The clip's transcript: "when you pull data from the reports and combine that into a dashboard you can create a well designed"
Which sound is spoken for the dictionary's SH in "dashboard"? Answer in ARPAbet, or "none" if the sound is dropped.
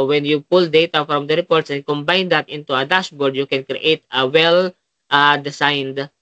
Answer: S